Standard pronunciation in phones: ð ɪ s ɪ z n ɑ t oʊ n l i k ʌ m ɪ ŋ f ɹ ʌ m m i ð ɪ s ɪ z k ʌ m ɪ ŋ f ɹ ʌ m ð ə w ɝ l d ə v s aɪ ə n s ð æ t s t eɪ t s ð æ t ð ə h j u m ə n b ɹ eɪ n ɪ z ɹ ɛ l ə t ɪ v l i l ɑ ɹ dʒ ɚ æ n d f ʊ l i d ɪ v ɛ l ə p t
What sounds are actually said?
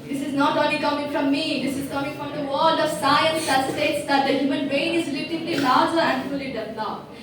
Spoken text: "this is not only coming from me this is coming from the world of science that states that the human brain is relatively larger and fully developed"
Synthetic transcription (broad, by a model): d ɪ s ɪ z n ɑ t oʊ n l i k ʌ m ɪ ŋ f ɹ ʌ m m i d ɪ s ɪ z k ʌ m ɪ ŋ f ɹ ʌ m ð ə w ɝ l d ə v s aɪ ə n s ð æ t s t eɪ t s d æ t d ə h j u m ə n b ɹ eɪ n ɪ z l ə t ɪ l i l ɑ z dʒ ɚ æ n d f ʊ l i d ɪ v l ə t